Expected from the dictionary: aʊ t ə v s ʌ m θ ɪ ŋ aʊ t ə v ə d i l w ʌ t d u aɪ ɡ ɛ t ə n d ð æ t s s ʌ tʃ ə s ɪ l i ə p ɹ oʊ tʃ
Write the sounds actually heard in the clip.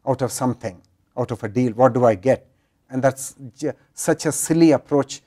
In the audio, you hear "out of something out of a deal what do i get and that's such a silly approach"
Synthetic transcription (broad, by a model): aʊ t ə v s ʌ m t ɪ ŋ aʊ t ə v ə d i l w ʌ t d u aɪ ɡ ɛ t ə n d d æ t s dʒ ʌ tʃ ə s ɪ l i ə p ɹ oʊ tʃ